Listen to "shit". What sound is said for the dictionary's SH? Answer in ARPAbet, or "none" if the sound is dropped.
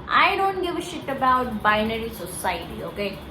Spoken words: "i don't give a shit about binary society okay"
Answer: SH